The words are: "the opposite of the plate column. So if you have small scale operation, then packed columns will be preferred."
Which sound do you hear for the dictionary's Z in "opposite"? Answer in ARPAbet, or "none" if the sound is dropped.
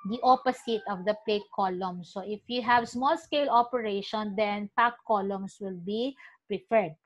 S